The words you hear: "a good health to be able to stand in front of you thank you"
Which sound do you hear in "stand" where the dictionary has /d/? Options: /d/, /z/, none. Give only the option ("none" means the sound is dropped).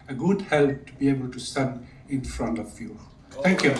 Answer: none